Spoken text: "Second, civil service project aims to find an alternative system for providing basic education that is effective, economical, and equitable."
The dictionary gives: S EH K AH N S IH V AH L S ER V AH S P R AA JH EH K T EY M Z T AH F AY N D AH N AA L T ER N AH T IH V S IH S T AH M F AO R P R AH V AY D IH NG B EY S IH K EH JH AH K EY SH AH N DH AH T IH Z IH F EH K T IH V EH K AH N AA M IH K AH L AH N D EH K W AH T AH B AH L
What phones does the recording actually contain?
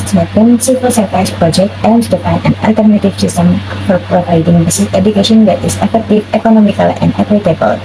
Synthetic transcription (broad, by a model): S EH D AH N S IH P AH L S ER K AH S P R AA JH EH K T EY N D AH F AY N AH N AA L T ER N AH T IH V S IH S T AH M F AO R P R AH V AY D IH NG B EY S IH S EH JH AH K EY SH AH N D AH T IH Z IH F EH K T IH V EH K AH N AA M IH K AH L AH N D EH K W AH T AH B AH L